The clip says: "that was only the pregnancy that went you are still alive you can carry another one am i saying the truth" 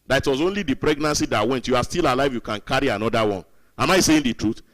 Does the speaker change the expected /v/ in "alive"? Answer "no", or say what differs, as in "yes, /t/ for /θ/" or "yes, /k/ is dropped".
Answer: no